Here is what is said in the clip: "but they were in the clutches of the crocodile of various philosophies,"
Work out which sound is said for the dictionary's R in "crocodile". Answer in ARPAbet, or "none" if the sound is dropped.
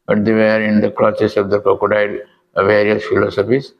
none